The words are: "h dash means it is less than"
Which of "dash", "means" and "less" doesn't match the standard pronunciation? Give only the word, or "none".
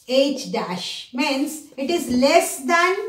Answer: means